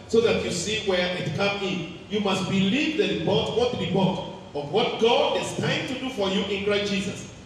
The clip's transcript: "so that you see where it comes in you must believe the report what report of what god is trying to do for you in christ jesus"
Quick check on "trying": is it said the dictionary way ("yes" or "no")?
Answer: no